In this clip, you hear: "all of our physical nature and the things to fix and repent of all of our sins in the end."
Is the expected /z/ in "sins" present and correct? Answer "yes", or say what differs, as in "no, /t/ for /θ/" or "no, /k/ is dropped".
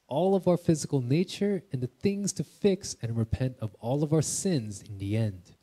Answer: yes